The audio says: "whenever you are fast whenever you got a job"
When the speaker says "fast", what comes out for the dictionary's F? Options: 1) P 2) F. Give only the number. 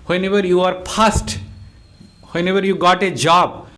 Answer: 1